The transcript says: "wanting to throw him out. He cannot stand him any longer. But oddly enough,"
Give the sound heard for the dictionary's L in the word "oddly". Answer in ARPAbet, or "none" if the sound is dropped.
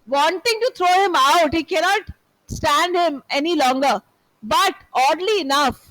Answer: L